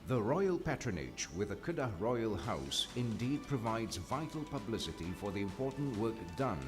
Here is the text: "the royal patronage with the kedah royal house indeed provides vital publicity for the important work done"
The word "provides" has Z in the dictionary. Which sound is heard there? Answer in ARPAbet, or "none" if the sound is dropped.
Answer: Z